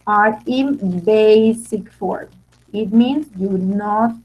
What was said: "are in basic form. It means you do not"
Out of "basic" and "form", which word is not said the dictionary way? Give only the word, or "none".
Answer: none